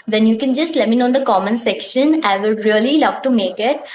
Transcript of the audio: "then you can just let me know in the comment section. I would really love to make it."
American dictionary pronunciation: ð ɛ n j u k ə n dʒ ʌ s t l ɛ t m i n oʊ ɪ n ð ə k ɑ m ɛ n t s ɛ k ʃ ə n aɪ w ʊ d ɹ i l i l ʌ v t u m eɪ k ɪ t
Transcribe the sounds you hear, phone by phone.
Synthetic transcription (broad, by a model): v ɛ n j u k ə n dʒ ʌ s t l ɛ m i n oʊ ɪ n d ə k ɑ m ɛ n s ɛ k ʃ ə n aɪ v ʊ d ɹ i l i l ʌ v t u m eɪ k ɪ t